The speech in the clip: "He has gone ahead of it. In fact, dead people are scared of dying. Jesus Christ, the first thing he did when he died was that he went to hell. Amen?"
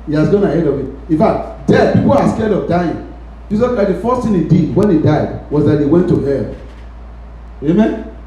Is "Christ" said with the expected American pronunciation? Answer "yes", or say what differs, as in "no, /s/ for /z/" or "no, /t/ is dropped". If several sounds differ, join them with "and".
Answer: no, /ɹ/ is dropped